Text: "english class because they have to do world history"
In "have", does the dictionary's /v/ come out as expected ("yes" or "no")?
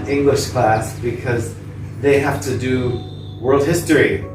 no